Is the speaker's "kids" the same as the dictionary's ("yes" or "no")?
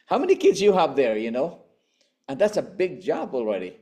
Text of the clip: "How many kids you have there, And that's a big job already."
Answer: yes